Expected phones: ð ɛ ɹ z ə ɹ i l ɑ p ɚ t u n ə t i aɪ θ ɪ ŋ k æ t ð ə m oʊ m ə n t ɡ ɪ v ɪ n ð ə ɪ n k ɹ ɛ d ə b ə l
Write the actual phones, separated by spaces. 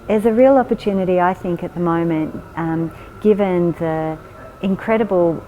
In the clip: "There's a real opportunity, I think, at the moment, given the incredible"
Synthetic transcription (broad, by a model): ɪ z ə ɹ i l ɑ p ɚ t u n ə t i aɪ θ ɪ ŋ k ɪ t ð ə m oʊ m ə n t ɡ ɪ v ɪ n ð ə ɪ n k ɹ ɛ d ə b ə l